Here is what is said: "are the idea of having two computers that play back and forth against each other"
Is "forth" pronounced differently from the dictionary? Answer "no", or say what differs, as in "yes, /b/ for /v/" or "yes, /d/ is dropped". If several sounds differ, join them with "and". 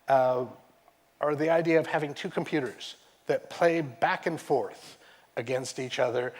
no